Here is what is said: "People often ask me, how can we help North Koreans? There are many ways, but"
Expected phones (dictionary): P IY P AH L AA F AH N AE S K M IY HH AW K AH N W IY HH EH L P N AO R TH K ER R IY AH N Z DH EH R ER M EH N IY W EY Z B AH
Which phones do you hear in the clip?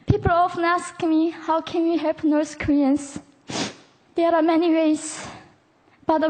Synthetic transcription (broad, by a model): P IY P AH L AA F AH N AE S K M IY HH AW K AH N W IY HH EH L P N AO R S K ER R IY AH N S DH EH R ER M EH N IY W EY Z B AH